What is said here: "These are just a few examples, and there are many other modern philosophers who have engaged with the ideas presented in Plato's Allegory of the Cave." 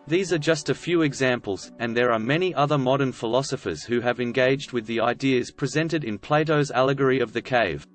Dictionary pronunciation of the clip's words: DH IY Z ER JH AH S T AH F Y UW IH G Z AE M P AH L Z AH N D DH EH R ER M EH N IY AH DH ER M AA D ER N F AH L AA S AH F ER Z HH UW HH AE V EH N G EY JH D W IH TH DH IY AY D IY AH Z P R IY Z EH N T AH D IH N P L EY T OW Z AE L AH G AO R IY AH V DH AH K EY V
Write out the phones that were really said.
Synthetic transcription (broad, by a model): DH IY Z ER JH AH S T AH F Y UW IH G Z AE M P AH L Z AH N DH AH R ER M EH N IY AH DH ER M AA D ER N F AH L AA S AH F ER Z HH UW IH V EH N G EY JH D W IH DH IY AY D IY AH Z P R IY Z EH N T AH D IH N P L EY T OW Z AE L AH G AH R IY AH V DH AH K EY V